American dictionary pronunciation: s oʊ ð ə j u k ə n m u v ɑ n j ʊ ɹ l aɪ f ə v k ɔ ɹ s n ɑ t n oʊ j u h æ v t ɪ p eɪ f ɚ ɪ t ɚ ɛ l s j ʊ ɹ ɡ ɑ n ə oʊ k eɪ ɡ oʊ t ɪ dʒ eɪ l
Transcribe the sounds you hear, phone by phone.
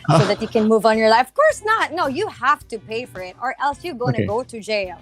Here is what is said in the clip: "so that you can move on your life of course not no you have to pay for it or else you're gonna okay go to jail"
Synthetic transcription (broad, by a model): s oʊ ð ə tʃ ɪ k ə n m u v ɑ n j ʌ ɹ l aɪ f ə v k ɔ ɹ s n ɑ t n oʊ j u h æ f t ɪ p eɪ f ɚ ɪ t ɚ ɛ l s j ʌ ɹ ɡ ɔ ə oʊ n ɡ oʊ t ɪ dʒ eɪ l